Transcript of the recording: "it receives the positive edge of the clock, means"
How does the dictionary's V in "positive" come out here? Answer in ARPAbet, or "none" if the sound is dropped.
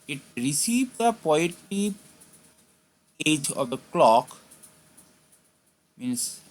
none